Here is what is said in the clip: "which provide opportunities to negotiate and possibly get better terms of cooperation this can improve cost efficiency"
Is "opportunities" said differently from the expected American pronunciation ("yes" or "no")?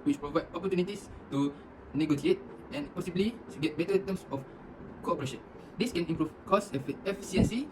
yes